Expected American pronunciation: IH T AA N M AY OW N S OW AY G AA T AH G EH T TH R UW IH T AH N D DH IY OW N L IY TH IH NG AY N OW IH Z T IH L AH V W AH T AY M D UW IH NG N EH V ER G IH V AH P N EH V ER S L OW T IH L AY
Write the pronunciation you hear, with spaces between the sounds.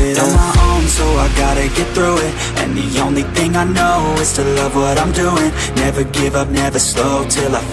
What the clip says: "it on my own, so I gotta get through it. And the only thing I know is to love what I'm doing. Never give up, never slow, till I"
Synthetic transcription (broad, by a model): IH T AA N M AY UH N S OW AY G AA T AH G EH T TH R UW IH T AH N DH IY OW N L IY TH IH NG AY N OW IH Z T IH L AH V W AH T AY M D UW IH NG N EH V ER G IH V AH P N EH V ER S L OW T IH L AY